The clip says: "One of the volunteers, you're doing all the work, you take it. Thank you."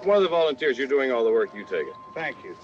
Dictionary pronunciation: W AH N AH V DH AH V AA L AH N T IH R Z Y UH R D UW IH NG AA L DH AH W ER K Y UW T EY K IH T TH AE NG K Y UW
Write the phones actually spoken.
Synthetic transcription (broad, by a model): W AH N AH DH AH V AA L AH N T IH R Z Y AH R D UW IH NG AA L DH AH W ER K Y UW T EY K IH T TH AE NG K Y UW